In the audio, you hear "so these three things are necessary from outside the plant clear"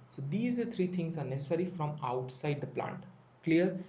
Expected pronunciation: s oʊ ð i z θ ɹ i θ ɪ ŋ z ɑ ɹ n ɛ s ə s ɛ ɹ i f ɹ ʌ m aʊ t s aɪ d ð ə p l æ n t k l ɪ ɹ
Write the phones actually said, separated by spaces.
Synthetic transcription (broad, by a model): s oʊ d i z t ɹ i t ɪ ŋ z ɑ ɹ n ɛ s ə s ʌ ɹ i f ɹ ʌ m aʊ t s aɪ d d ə p l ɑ n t k l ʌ ɹ